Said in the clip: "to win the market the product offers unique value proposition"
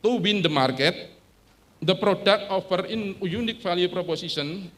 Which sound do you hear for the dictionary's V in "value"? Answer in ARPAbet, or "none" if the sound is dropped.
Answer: F